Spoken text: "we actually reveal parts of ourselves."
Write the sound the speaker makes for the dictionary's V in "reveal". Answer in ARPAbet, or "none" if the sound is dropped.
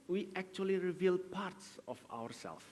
V